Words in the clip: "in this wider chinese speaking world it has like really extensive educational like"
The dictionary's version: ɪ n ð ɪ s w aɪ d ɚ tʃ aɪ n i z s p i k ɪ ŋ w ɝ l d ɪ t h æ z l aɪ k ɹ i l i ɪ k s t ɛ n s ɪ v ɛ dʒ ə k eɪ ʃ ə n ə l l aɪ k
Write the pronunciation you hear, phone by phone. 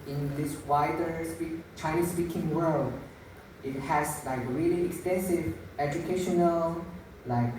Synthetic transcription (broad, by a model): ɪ n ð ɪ s w aɪ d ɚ tʃ aɪ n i s p i k ɪ ŋ w ɝ l d ɪ t h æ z l aɪ k ɹ i l i ɪ k s t ɛ n s ɪ v ɛ dʒ ə k eɪ ʃ ə n ə l l aɪ k